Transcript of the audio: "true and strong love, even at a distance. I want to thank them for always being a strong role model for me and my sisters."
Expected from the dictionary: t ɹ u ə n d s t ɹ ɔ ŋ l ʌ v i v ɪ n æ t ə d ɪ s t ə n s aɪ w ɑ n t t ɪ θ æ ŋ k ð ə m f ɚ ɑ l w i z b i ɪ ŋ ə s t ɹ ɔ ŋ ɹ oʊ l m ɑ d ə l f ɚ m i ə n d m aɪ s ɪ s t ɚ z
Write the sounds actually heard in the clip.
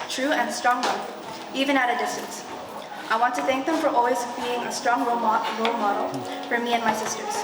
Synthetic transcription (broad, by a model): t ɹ u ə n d s t ɹ ɔ ŋ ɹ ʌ i v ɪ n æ t ə d ɪ s t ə n s aɪ w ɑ n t t ɪ θ æ ŋ k ð ə m f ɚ ɑ l w i z b i ɪ ŋ ə s t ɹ ɔ ŋ ɹ oʊ l m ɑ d l f ɚ m i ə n m aɪ s ɪ s t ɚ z